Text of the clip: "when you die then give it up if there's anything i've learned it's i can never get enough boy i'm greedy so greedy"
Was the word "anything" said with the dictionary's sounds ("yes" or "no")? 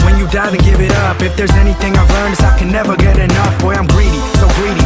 yes